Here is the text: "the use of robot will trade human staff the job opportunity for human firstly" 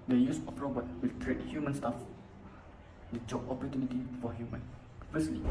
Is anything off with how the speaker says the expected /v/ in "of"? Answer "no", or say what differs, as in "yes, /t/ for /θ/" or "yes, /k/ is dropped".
yes, /p/ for /v/